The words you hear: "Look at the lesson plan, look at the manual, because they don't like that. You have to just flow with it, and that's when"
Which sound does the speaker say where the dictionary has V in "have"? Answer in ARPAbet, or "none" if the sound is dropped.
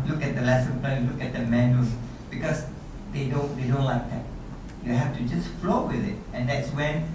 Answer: F